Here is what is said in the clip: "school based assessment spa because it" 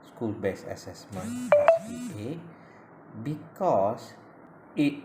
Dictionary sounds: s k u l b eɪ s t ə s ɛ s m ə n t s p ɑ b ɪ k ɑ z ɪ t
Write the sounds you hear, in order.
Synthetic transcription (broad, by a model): s k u l b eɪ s ə s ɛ s m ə n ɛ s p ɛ b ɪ k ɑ s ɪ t